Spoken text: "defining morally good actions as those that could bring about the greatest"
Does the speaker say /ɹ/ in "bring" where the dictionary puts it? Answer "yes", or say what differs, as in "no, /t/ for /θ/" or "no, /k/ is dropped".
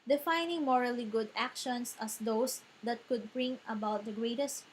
yes